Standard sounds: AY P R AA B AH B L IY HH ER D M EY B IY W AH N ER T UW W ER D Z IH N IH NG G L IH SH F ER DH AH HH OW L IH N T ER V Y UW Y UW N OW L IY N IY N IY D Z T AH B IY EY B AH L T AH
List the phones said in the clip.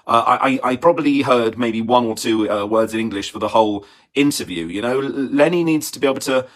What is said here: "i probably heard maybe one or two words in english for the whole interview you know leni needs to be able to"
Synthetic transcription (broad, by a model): AY P R AA B AH B L IY HH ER D M EY B IY W AH N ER T UW W ER D Z IH N IH NG G L IH SH F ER DH AH HH OW L IH N T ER V Y UW Y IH N OW L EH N IY N IY D Z T AH B IY EY B L T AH